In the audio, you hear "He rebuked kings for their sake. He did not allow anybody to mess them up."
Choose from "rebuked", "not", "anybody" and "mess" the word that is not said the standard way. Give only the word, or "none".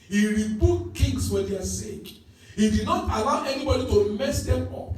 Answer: rebuked